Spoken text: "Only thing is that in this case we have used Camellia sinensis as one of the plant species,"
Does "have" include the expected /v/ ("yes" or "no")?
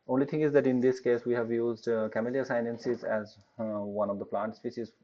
yes